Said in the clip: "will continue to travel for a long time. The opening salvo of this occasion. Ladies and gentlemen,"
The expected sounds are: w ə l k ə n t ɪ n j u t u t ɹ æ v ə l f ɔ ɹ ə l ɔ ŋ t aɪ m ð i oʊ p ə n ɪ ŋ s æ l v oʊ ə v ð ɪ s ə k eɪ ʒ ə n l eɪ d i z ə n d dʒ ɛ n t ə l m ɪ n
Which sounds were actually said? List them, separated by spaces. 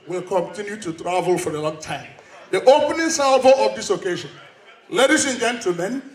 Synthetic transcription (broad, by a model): w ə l k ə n t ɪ n j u t u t ɹ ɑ v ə l f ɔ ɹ ə l ɔ ŋ t aɪ m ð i oʊ p ə n ɪ ŋ s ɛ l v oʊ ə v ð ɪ s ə k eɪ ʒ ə n l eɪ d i s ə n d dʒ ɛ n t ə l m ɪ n